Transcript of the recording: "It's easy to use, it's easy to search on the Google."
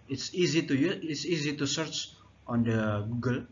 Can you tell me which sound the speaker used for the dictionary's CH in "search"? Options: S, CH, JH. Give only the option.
CH